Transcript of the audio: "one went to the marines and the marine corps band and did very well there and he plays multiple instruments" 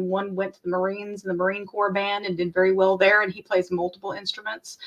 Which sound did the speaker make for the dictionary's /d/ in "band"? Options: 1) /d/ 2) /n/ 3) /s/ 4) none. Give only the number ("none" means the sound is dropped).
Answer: 1